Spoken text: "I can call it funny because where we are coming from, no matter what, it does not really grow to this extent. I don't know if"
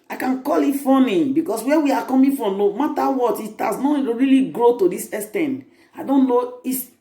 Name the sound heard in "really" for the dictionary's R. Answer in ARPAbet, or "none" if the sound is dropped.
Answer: R